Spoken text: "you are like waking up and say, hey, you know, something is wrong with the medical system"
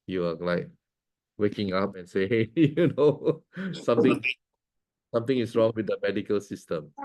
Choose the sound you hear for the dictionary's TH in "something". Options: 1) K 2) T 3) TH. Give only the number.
2